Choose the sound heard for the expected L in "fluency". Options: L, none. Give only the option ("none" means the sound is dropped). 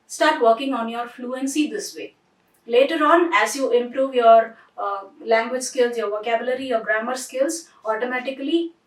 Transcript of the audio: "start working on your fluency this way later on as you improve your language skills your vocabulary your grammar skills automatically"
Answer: L